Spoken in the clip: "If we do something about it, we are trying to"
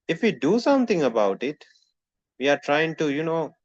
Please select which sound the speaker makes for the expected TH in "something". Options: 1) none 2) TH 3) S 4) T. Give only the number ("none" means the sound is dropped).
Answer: 4